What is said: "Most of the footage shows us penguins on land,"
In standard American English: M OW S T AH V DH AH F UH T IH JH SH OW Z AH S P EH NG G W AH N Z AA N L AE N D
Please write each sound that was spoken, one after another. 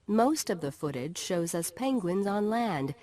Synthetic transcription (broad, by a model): M OW S T AH V DH AH F UH T IH JH SH OW Z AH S P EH NG G W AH N Z N L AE N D